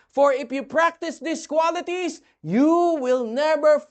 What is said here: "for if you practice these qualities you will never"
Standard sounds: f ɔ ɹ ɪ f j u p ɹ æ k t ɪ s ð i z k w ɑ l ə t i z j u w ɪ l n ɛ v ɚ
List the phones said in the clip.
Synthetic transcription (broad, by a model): f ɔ ɹ ɪ f j u p ɹ æ k t ɪ s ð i s k w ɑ l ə t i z j u w ɪ l n ɛ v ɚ